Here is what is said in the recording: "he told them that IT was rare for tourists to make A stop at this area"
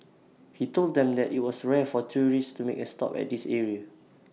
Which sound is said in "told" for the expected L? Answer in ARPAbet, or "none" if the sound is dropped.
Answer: L